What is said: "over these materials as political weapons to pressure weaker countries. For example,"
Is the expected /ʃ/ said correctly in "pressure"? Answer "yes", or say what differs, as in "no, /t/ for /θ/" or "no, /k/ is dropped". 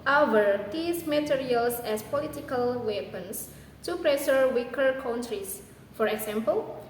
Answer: no, /s/ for /ʃ/